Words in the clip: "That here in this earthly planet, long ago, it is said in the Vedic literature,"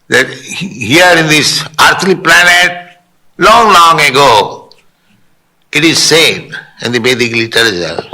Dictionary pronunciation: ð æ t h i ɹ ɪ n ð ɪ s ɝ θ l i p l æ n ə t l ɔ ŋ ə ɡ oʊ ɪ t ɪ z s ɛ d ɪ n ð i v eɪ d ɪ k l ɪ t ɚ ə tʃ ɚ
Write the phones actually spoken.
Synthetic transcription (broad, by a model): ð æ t h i ɹ ɪ n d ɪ s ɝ t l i p l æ n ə t l ɔ ŋ ə ɡ oʊ ɪ t ɪ z s ɛ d ɪ n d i b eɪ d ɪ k l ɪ t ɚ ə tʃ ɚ